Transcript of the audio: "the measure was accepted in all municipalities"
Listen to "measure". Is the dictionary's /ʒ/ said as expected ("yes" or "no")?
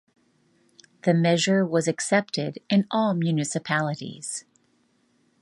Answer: yes